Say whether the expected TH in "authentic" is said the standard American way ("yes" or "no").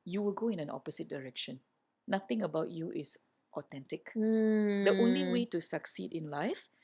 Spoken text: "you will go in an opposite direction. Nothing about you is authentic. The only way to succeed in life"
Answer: no